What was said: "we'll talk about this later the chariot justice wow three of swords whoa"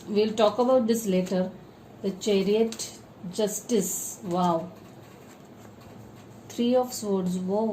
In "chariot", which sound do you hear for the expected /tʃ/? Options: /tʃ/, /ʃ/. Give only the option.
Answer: /tʃ/